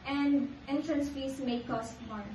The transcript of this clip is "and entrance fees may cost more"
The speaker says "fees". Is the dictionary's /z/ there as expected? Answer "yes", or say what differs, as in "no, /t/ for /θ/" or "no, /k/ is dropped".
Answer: no, /s/ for /z/